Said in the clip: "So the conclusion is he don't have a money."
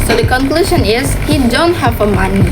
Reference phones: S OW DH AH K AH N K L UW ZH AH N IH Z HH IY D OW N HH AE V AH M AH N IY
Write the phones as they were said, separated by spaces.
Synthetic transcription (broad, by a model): S OW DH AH K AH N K L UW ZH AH N IH Z HH IY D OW N HH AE F AH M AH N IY